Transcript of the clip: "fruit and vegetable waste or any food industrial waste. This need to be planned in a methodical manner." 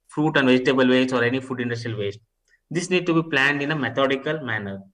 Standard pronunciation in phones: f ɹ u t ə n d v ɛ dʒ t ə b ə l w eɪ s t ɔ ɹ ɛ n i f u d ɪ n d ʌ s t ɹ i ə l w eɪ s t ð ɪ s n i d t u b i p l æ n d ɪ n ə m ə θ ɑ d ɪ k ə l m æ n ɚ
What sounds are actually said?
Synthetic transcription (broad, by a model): f ɹ u t ə n d v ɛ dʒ t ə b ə l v eɪ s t ɔ ɹ ɛ n i f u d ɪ n d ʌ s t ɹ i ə l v eɪ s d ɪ s n i d t u b i p l æ n d ɪ n ə m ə t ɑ d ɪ k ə l m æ n ɚ